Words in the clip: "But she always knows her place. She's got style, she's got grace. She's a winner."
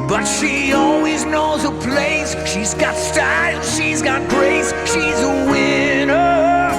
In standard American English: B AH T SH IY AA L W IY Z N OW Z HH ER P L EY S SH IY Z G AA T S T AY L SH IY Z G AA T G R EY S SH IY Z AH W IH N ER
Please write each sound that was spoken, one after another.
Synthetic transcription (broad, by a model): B AH T SH IY AA L W IY Z N OW Z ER P L EY S SH IY Z G AA T S T AY L SH IY Z G AA T G R EY S SH IY Z AH W IH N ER